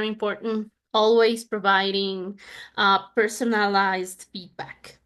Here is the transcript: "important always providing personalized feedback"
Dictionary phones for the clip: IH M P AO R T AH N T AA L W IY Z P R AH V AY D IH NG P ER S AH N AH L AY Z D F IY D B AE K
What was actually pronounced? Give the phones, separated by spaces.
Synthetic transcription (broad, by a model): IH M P AO R T N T AA L W IY Z P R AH V AY D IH NG P ER S AH N AH L AY Z D F IY D B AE K